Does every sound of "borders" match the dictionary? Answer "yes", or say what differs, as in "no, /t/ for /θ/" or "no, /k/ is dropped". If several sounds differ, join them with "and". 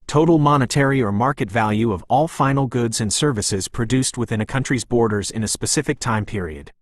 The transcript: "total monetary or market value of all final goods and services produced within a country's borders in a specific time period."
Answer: yes